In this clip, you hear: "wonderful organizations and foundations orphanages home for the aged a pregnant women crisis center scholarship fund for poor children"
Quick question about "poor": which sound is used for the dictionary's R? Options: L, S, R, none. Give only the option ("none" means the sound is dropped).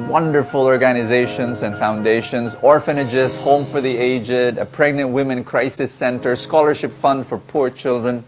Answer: R